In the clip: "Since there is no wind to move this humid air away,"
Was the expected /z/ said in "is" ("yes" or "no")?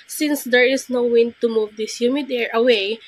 no